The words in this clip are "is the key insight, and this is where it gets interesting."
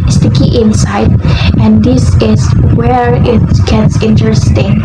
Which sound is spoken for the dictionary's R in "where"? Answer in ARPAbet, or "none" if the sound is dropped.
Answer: R